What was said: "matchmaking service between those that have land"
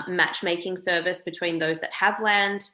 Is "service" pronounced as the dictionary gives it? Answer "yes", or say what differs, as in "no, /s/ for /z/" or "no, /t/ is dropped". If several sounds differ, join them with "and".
yes